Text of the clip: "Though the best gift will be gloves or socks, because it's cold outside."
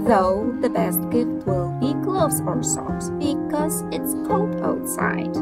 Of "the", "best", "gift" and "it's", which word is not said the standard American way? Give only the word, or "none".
gift